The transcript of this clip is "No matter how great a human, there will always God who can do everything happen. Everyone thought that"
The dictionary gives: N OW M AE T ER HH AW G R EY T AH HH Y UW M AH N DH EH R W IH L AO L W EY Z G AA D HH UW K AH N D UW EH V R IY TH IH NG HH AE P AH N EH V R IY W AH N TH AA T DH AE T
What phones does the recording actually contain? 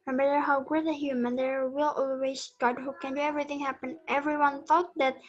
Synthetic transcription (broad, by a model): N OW M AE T ER HH AW G UH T AH HH Y UW M AH N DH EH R W IH L AO L W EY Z G AA D HH UW K AH N D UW EH V R IY TH IH NG HH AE P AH N EH V R IY W AH N TH AA T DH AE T